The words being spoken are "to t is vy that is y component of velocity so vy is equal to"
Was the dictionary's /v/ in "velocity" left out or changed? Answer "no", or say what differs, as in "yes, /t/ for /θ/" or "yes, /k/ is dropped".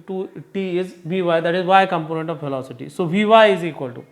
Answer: yes, /f/ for /v/